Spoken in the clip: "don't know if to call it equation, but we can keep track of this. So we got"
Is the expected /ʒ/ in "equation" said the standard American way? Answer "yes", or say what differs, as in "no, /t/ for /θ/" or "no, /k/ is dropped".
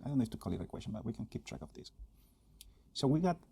no, /s/ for /ʒ/